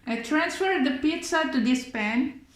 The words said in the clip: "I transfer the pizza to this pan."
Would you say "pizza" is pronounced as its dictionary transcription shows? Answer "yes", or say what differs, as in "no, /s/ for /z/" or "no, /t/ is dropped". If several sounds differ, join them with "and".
yes